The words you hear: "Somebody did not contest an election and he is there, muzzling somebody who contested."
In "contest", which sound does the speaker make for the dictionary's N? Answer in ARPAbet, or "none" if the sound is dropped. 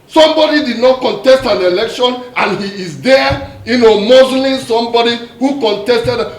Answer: N